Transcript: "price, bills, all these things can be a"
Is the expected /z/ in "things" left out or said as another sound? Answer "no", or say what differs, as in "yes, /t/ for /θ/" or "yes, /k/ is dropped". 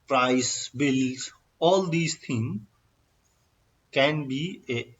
yes, /z/ is dropped